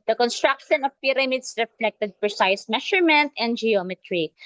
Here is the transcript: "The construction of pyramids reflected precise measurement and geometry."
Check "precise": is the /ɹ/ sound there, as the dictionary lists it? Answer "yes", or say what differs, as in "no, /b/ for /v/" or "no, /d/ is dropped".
no, /ɹ/ is dropped